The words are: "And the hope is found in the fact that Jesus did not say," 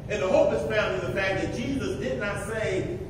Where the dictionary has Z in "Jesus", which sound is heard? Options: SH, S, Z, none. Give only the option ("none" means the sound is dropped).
Z